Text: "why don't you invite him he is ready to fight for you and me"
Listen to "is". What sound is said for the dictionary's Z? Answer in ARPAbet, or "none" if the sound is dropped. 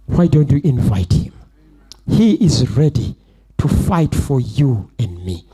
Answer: Z